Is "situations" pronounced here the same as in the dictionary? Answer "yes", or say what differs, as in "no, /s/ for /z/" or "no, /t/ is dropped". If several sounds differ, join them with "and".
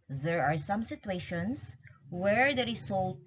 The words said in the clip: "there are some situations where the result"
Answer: no, /s/ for /z/